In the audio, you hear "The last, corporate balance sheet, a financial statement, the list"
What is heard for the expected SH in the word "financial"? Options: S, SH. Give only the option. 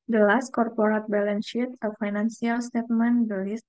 S